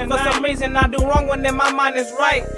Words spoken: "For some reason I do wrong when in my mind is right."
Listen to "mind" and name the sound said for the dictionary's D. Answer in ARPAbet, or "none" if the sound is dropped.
none